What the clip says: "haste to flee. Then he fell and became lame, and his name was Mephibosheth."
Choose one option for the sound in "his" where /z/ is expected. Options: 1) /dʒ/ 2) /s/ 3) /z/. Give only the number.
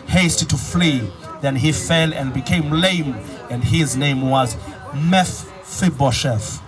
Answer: 3